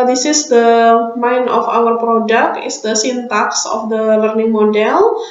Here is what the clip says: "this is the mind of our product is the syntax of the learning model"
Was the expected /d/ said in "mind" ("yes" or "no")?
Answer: no